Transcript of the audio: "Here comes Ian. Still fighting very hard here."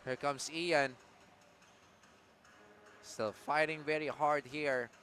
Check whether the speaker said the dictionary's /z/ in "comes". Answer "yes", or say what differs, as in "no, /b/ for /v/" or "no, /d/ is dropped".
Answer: no, /s/ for /z/